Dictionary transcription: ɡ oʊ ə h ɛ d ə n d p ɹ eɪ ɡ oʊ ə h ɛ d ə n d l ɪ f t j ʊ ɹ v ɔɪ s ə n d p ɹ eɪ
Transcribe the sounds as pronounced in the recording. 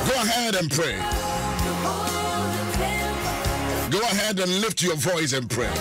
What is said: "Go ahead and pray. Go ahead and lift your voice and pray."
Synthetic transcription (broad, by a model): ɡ oʊ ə h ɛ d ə n p ɹ eɪ ɡ oʊ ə h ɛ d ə n l ɪ f t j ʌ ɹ v ɔɪ s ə n p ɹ eɪ